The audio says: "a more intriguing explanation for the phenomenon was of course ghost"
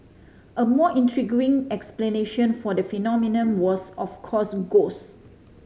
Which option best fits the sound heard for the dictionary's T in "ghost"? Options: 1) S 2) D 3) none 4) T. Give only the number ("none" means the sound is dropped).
3